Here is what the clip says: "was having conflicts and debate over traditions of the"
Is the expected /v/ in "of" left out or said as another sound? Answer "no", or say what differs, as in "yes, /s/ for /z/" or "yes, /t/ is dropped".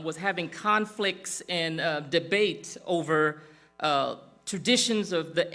no